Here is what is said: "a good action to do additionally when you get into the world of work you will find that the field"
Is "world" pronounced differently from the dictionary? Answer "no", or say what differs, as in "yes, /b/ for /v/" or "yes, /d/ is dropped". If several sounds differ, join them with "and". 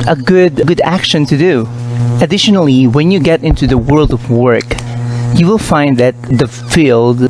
no